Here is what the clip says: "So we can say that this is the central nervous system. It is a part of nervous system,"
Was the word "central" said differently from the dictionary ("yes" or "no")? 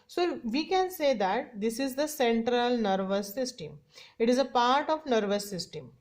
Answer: no